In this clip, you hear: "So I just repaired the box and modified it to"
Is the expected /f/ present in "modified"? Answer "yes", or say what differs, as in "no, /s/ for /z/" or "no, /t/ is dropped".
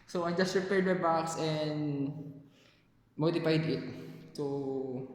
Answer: no, /p/ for /f/